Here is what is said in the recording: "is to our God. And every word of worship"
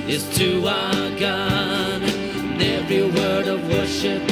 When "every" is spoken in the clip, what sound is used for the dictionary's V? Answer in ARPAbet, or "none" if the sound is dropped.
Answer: V